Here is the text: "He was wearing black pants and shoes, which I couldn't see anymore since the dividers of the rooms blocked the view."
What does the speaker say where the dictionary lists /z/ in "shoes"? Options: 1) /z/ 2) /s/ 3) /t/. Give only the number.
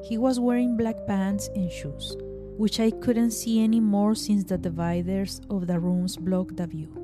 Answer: 2